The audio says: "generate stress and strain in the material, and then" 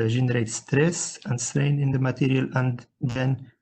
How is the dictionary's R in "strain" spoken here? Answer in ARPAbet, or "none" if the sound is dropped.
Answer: R